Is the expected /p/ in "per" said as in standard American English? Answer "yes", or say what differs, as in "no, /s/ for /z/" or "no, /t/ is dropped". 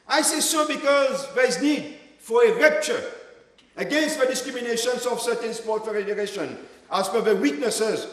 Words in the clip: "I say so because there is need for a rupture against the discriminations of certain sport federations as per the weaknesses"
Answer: no, /f/ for /p/